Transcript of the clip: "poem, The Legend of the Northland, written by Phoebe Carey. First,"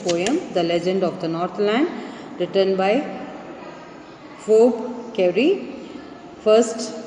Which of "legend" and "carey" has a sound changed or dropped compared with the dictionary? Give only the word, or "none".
none